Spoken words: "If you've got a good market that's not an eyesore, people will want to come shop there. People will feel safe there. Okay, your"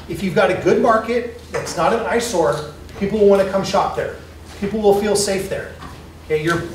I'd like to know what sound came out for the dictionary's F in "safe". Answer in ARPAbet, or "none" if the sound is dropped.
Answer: F